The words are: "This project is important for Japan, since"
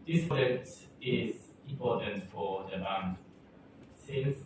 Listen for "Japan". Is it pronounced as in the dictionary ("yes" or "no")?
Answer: no